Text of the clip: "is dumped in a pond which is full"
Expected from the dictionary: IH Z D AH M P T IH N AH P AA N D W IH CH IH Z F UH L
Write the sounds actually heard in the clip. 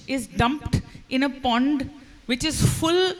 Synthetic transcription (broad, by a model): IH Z D AH M P T IH N AH P AA N D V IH CH IH Z F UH L